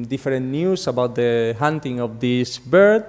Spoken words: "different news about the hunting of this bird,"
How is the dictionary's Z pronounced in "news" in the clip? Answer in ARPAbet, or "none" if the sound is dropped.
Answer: S